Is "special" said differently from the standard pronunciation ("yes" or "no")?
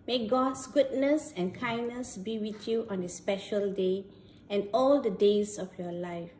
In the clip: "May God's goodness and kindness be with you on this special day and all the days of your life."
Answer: no